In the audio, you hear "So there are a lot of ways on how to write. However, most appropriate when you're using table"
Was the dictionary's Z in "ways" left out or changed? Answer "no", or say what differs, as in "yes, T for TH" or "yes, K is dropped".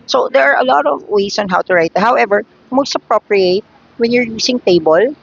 yes, S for Z